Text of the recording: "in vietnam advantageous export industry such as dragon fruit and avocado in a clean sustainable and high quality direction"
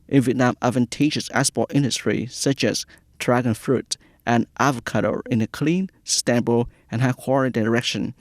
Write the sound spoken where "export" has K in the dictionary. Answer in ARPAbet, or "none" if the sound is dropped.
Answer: none